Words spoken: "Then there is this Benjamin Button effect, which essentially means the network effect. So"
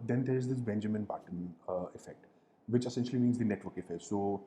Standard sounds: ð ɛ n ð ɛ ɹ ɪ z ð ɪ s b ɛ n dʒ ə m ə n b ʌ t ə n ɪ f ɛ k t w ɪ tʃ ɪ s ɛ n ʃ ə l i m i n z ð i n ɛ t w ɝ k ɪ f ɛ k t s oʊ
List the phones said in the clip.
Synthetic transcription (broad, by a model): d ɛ n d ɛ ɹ ɪ z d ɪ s b ɛ n dʒ ə m ə n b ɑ t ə n ɪ f ɛ k t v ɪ tʃ ɪ s ɛ n ʃ ə l i m i n z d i n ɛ t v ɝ k ɪ f ɛ k t s oʊ